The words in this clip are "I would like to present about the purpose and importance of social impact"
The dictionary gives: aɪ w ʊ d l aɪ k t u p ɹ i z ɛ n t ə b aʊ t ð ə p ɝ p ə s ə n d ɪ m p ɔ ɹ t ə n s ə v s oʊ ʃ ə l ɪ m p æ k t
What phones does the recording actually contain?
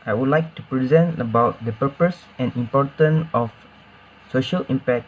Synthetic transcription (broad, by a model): aɪ w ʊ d l aɪ k t u p ɹ i z ɛ n t ə b aʊ t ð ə p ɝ p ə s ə n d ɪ m p ɔ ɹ t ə n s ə f s oʊ ʃ ə l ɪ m p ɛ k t